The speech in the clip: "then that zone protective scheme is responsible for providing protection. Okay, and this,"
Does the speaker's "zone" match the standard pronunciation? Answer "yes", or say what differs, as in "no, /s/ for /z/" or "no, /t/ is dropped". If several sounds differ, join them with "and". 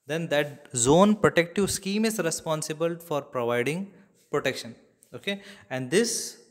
yes